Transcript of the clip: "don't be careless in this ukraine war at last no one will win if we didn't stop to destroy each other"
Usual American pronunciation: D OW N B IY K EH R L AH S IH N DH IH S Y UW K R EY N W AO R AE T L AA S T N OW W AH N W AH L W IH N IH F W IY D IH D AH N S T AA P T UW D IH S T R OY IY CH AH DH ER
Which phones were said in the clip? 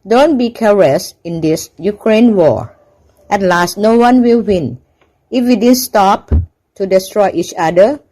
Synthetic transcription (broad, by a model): D OW N B IY K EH R AH S IH N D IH S Y UW K R EY N W AO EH T L AA S T N OW W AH N W AH L W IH N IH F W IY D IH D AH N S T AA P T UW D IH S T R OY IY CH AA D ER